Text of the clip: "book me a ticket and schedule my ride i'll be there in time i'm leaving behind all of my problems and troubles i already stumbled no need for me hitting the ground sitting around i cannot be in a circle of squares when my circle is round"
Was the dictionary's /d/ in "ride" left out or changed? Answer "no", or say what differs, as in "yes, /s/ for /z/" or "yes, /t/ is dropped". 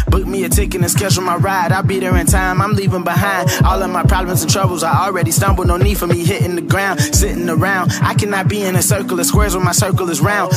no